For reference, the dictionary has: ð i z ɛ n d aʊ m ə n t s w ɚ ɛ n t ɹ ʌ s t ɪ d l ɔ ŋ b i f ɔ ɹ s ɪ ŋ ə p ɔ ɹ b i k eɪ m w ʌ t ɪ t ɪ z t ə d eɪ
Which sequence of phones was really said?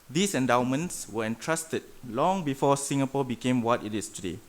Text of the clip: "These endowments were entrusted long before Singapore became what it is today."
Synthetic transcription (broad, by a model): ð i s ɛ n d aʊ m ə n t s w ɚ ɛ n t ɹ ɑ s t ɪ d l ɔ ŋ b i f ɔ s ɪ ŋ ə p ɔ b i k eɪ m w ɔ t ɪ t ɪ s t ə d eɪ